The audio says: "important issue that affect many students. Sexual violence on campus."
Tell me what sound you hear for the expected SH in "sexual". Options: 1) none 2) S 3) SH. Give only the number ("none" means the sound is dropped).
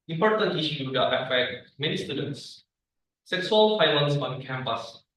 2